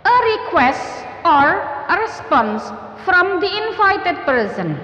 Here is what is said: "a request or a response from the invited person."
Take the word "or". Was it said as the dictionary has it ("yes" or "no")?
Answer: yes